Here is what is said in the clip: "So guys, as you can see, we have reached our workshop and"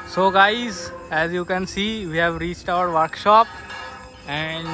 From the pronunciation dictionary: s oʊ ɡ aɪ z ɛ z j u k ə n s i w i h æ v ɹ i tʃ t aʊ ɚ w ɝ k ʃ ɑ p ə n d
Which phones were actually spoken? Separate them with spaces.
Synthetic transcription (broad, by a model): s oʊ ɡ aɪ z ɛ z j u k ə n s i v i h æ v ɹ i tʃ t aʊ ɚ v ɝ k ʃ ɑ p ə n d